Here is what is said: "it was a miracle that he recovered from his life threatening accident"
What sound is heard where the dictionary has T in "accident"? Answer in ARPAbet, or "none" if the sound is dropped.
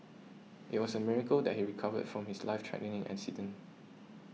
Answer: none